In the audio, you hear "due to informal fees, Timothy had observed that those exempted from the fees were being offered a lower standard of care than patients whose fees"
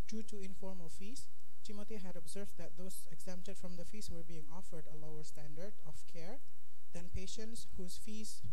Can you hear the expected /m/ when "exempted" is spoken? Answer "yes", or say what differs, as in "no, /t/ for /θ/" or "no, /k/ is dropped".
yes